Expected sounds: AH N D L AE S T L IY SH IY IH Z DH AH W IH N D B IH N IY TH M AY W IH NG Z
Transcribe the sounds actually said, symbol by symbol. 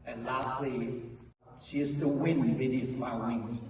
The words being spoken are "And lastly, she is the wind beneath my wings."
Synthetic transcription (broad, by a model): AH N L AE S T L IY SH IY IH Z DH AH W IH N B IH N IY F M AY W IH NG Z